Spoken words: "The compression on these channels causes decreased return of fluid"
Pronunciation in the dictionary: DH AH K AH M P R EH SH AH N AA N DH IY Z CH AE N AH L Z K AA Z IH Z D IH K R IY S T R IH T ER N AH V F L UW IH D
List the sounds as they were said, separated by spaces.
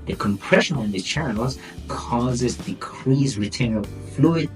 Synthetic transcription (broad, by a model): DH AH K AH M P R EH SH AH N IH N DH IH CH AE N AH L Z K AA Z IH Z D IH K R IY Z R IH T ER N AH F L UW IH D